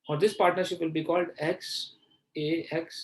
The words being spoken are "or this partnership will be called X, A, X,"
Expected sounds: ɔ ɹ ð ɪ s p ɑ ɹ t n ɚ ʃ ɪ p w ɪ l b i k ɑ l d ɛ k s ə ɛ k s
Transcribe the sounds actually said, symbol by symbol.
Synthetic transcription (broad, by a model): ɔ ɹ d ɪ s p ɑ ɹ t n ɚ ʃ ɪ p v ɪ l b i k ɑ l d ɛ k s ə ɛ k s